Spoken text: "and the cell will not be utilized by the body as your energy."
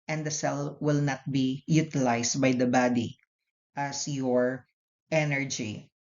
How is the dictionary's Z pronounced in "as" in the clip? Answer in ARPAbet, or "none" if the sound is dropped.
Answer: S